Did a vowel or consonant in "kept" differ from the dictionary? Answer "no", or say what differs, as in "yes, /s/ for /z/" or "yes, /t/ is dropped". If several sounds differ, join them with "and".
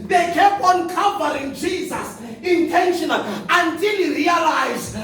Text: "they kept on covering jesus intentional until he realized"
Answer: yes, /t/ is dropped